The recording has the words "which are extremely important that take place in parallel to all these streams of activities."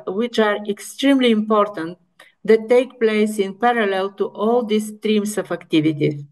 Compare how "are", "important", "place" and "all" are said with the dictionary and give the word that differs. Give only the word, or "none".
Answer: none